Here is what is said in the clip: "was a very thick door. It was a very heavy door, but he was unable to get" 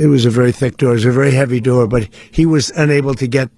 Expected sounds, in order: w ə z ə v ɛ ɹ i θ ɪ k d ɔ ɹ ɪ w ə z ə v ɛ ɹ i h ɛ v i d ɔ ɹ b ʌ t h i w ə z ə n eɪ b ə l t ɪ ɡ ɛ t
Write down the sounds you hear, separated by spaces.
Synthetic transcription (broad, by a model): w ə z ə v ɛ ɹ i θ ɪ k d ɔ ɹ ɪ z ə v ɛ ɹ i h ɛ v i d ɔ ɹ b ʌ t h i w ə z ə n eɪ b l t ɪ ɡ ɛ t